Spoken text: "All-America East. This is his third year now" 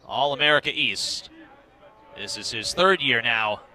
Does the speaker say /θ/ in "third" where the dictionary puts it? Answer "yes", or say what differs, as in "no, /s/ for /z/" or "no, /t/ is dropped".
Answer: yes